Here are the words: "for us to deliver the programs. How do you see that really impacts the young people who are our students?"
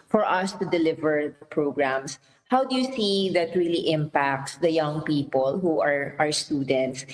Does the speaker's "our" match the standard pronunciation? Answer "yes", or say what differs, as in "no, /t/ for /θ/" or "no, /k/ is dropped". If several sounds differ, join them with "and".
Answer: yes